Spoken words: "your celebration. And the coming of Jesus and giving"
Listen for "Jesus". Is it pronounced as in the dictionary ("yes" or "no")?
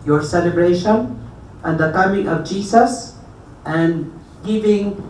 no